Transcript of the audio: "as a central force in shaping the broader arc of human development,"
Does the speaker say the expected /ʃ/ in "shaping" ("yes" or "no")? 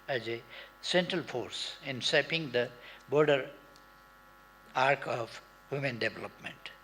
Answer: no